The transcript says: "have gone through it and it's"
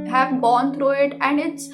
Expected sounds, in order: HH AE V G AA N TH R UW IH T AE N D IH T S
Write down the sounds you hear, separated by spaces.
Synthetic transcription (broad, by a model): HH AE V G AA N T R UW IH T AE N D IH T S